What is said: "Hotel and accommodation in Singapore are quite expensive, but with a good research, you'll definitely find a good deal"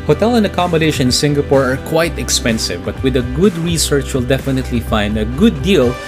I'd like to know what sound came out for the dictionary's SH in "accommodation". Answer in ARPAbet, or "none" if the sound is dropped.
none